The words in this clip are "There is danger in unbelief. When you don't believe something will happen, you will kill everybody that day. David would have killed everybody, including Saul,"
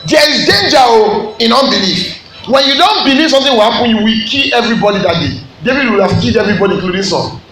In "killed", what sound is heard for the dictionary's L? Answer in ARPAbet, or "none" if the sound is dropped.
none